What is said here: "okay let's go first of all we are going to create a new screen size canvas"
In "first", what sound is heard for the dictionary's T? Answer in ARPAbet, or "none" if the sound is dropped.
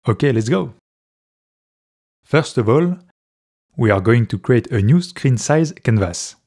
T